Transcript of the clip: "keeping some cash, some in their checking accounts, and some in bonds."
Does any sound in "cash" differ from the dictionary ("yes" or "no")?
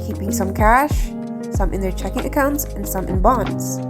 no